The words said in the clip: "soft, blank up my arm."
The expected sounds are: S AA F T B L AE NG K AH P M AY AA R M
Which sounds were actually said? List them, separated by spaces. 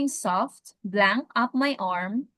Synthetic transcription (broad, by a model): S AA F T B L AE NG K AH P M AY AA R M